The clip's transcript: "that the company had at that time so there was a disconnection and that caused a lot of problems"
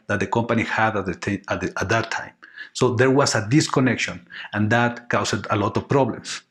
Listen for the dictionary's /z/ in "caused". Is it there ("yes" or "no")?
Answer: no